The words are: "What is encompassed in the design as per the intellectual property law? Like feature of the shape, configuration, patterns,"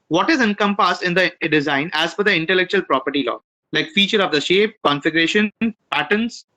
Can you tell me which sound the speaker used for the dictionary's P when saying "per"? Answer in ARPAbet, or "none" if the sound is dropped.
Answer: F